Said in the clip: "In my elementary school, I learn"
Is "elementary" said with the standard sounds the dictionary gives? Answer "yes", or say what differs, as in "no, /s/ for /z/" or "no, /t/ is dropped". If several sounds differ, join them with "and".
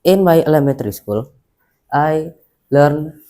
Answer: no, /n/ is dropped